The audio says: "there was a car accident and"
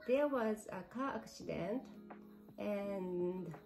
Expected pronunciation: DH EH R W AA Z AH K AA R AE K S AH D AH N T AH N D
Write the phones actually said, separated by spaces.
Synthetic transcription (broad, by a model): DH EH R W AA Z AH K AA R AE K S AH D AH N T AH N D